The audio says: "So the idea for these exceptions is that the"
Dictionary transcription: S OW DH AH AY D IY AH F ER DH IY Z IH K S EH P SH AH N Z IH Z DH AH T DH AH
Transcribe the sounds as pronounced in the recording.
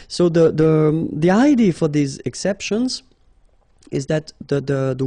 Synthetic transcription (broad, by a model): S OW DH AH AY D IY F ER DH IY Z IH K S EH P SH AH N Z IH Z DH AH T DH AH